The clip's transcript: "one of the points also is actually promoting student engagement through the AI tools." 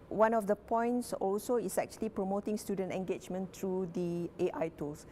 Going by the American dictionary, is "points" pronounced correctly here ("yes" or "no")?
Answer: yes